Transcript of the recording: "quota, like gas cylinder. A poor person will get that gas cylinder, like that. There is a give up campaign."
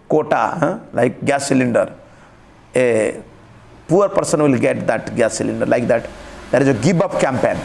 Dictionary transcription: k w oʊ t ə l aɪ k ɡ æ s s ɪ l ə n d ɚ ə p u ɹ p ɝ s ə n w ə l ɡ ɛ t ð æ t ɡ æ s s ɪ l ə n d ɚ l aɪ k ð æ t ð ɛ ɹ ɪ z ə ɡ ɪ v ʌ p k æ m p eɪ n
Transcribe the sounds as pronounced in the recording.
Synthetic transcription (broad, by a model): k oʊ t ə l aɪ k ɡ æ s s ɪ l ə n d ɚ ə p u ɹ p ɝ s ə n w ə l ɡ ɛ t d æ t ɡ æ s s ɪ l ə n d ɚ l aɪ k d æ t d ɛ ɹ ɪ z ə ɡ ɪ b ʌ p k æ m p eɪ n